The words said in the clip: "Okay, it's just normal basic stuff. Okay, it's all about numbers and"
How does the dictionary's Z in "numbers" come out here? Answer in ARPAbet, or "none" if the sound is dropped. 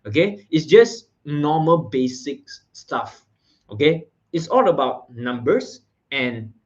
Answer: S